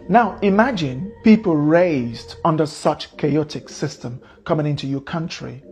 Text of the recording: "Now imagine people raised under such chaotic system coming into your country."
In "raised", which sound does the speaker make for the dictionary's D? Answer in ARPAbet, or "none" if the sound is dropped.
D